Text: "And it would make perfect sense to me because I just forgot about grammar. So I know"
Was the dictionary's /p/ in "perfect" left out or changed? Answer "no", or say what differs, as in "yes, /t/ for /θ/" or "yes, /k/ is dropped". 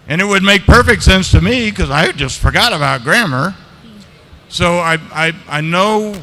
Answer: no